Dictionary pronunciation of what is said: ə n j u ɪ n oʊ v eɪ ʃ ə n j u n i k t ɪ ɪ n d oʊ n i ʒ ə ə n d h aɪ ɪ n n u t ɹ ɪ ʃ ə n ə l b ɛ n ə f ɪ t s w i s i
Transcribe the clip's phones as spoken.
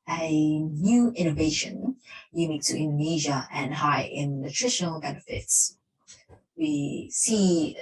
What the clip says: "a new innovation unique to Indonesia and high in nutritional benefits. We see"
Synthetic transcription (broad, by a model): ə n j u ɪ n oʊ v eɪ ʃ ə n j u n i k t ɪ ɪ n d oʊ n i ʒ ə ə n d h aɪ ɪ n n u t ɹ ɪ ʃ ə n ə l b ɛ n ə f ɪ t s w i s i